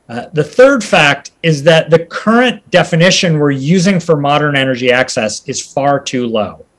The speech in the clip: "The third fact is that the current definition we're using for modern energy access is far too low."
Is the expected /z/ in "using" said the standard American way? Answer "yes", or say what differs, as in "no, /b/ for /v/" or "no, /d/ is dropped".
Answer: yes